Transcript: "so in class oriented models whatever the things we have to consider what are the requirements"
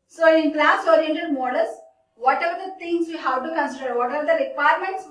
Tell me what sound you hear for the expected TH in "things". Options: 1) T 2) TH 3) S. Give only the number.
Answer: 1